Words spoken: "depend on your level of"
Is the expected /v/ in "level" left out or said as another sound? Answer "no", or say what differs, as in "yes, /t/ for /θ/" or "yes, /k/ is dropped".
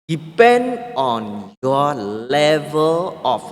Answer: no